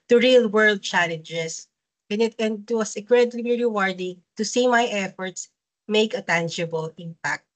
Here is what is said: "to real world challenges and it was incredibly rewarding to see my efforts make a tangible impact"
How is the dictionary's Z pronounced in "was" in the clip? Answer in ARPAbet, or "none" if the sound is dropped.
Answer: S